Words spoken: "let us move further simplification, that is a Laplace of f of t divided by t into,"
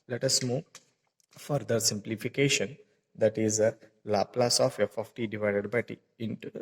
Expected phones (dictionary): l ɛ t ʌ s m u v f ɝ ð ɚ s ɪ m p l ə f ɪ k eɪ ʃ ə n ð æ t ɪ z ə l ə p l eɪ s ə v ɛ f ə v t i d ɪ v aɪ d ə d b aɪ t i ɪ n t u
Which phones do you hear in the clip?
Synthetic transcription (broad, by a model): l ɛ t ʌ s m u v f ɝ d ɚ s ɪ m p l ə f ɪ k eɪ ʃ ə n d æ t ɪ z ə l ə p l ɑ s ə f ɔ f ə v t i d ɪ v aɪ d ə d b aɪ t i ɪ n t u